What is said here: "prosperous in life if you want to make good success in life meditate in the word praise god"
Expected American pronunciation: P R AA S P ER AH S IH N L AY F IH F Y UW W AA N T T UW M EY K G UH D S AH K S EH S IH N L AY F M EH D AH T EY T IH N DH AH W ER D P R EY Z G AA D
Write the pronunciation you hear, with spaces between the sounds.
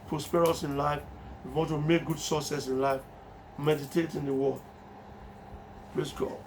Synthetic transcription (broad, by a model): P R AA S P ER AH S IH N L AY IH F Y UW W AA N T T UW M EY K G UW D S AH S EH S IH N L AY F M EH D AH T EY T IH N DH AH W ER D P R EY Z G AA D